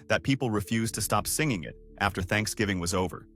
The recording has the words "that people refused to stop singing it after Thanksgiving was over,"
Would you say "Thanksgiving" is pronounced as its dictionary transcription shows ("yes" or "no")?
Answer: yes